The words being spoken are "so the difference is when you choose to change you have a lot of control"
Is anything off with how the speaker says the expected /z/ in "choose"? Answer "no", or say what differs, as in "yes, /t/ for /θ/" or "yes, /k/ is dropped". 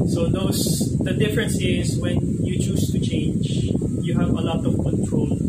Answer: yes, /s/ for /z/